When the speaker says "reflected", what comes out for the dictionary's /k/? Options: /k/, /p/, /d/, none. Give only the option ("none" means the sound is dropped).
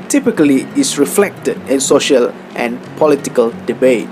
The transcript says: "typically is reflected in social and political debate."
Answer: /k/